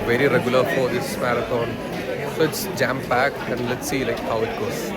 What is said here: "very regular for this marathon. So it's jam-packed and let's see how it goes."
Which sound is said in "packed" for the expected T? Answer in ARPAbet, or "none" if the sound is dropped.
none